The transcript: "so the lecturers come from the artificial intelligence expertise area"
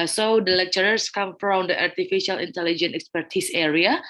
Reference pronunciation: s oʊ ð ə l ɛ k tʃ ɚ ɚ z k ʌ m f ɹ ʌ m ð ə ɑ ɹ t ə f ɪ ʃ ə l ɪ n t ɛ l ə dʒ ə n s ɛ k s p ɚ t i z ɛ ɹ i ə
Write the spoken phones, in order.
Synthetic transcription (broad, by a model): s oʊ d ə l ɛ k tʃ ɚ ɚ s k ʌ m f ɹ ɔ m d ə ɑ ɹ t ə f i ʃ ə l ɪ n t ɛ l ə dʒ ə n ɛ k s p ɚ t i s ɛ ɹ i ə